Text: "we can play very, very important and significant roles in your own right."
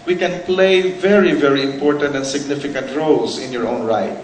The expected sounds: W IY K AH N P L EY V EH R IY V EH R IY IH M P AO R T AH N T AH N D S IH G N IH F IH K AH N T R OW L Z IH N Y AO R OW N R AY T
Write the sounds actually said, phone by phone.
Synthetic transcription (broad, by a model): W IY K AH N P L EY V EH R IY V EH R IY IH M P AO R T AH N T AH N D S IH G N IH F IH K AH N T R OW L S IH N Y AO R OW N R AY T